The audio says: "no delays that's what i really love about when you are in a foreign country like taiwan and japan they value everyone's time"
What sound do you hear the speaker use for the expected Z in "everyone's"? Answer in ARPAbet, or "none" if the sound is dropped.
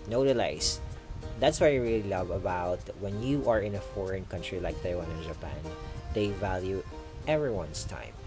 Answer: S